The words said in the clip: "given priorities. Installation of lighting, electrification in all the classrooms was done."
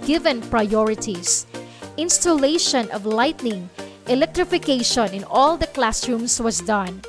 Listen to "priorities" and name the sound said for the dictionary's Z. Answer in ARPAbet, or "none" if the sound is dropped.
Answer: S